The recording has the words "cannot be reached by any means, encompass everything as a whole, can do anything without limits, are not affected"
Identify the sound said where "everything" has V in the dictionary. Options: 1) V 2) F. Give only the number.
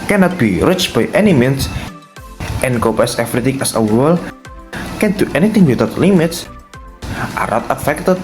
2